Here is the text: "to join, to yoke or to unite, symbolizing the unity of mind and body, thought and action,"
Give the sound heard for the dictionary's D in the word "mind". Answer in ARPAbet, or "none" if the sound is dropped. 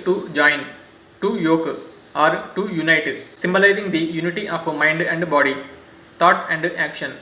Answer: D